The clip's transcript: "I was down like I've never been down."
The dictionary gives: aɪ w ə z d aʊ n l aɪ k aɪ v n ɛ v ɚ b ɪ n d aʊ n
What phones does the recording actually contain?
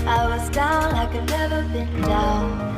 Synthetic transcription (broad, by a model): aɪ w ə z d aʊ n aɪ k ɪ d n ɛ v ɚ b ɪ n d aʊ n